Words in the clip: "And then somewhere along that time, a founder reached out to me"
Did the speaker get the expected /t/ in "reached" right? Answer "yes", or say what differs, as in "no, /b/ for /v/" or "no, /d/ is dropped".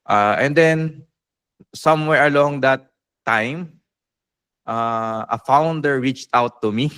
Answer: yes